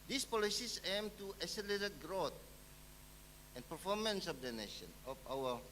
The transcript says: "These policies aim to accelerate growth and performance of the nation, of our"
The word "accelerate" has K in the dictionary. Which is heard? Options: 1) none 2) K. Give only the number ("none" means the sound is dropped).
1